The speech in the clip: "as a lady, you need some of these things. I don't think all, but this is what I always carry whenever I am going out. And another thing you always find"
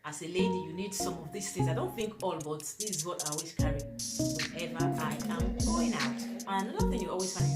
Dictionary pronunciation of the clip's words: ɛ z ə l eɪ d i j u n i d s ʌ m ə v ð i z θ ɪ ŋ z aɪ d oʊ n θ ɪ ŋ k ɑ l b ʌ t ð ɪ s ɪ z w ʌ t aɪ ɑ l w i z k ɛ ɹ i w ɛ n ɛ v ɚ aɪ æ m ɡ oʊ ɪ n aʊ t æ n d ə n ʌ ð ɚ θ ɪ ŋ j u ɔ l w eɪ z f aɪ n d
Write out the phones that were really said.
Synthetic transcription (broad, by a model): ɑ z ə l eɪ d i j u n i d s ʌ m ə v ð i s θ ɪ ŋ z aɪ d oʊ n θ ɪ ŋ k ɑ l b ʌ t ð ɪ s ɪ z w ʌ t aɪ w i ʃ k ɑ ɹ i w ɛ ɛ v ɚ aɪ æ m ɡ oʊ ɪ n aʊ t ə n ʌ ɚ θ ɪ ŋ j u ɔ l w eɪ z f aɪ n